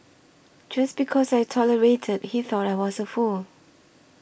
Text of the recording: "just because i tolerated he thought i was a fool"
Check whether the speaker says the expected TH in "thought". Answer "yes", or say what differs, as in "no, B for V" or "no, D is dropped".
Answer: yes